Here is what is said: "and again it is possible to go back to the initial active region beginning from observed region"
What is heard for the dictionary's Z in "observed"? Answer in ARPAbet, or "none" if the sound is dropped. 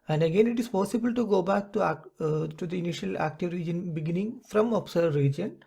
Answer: S